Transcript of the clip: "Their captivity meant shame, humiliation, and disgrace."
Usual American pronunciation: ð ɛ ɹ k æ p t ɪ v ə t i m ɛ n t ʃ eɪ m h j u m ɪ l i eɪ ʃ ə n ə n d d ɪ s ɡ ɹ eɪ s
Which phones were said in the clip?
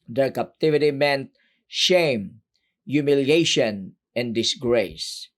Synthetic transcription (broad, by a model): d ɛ ɹ k æ p t ɪ v ə t i m ɛ n t ʃ eɪ m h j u m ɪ l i eɪ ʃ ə n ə n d d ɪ s ɡ ɹ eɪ s